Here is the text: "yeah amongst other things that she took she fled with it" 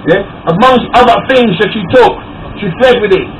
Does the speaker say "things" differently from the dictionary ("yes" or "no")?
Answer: no